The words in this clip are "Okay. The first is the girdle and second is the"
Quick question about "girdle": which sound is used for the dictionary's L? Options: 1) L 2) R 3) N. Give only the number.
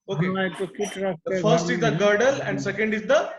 1